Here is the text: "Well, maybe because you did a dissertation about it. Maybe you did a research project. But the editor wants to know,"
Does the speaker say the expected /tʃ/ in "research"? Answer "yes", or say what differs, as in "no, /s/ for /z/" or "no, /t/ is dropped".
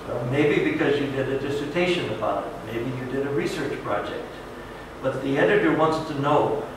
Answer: yes